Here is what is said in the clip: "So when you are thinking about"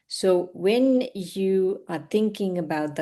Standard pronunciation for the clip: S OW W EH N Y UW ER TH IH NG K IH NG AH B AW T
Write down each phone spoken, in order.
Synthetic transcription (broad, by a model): S OW W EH N Y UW ER TH IH NG K IH NG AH B AW T